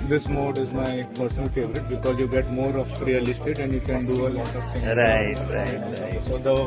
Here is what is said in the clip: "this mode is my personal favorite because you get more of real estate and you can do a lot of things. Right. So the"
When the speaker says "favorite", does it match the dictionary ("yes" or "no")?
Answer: yes